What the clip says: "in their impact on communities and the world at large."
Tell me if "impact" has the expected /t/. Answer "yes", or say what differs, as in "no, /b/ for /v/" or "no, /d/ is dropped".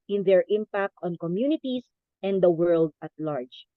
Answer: yes